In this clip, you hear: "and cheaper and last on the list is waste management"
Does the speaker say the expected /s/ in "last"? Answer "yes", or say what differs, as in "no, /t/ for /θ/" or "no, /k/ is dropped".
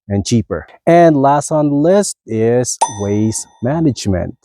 yes